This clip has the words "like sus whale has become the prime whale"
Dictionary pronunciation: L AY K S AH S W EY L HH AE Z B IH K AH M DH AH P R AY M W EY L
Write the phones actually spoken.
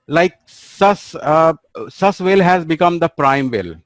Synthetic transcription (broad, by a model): L AY K S AH S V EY L HH AE Z B IH K AH M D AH P R AY M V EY L